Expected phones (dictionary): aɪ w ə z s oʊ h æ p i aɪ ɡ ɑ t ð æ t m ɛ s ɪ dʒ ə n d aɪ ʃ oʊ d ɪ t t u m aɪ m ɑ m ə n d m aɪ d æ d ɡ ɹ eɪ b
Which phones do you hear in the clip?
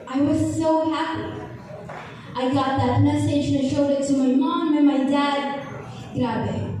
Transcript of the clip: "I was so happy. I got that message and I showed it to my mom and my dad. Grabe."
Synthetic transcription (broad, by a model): aɪ w ə z s oʊ h æ p i aɪ ɡ ɑ t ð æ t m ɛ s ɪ ə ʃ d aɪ ʃ oʊ d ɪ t t u m aɪ m ɑ m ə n m aɪ d æ d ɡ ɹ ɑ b